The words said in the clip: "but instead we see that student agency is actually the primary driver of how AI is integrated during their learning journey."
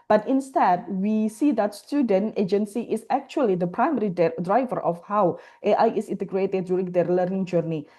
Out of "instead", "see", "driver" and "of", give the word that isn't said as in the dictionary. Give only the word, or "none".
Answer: of